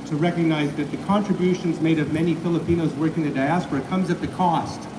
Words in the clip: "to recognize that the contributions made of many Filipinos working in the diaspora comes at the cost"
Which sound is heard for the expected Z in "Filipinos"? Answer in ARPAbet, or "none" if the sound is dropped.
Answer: Z